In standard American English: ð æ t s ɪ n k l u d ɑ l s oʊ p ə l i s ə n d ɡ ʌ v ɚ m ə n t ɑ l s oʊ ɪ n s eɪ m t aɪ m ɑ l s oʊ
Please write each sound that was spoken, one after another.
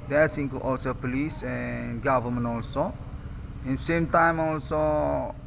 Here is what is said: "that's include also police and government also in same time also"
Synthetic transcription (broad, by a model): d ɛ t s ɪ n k u ɑ l s oʊ p ə l i s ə n ɡ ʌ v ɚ m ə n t ɑ l s oʊ ɪ n s eɪ m t aɪ m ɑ l s oʊ